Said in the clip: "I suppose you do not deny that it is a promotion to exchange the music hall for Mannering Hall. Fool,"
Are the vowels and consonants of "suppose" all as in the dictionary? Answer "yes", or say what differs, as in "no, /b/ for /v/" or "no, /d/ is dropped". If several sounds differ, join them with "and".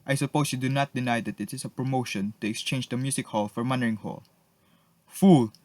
no, /s/ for /z/